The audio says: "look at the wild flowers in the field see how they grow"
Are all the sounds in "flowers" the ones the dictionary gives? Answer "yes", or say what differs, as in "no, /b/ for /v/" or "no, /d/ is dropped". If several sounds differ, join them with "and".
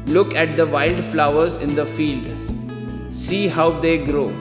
yes